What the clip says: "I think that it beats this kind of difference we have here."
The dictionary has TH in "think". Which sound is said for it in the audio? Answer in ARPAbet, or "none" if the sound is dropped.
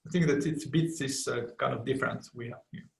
TH